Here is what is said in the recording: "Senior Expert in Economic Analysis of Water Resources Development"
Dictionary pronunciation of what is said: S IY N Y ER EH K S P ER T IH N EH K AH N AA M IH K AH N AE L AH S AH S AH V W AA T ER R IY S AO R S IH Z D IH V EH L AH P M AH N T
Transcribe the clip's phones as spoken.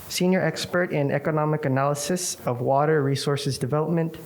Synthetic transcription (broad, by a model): S IY N Y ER EH K S P ER T IH N EH K AH N AA M IH K AH N AE L AH S AH S AH V W AA T ER R IY S AO R S IH Z D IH V EH L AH P M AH N T